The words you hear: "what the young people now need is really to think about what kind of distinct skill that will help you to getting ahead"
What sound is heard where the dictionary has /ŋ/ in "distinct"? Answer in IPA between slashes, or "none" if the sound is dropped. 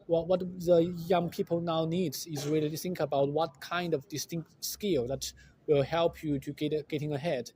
/ŋ/